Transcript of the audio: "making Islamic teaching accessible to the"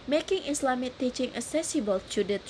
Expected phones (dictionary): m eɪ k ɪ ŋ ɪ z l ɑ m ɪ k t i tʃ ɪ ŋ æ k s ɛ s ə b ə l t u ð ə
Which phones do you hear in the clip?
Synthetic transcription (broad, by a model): m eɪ k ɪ ŋ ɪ s l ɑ m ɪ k t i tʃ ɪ ŋ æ s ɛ s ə b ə l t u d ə